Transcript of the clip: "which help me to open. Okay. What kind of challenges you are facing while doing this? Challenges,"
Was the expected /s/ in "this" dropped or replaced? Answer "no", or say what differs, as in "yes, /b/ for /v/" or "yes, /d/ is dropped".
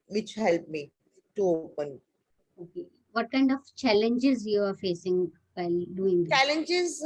yes, /s/ is dropped